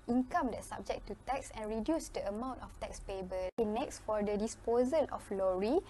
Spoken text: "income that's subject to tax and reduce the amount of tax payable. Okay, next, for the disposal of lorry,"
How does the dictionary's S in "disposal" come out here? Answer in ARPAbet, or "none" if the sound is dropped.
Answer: S